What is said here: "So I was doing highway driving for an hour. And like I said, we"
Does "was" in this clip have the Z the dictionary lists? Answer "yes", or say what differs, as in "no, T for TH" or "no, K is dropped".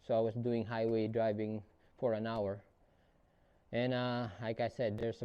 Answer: no, S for Z